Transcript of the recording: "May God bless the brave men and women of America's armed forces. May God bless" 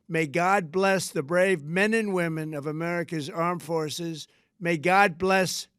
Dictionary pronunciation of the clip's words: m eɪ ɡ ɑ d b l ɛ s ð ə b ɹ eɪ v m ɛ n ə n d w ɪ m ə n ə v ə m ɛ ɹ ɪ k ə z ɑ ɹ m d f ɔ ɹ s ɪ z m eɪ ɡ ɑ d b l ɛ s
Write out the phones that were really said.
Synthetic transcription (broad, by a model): m eɪ ɡ ɑ d b l ɛ s ð ə b ɹ eɪ v m ɛ n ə n w ɪ m ə n ə v ə m ɛ ɹ ɪ k ə z ɑ ɹ m f ɔ ɹ s ɪ z m eɪ ɡ ɑ d b l ɛ s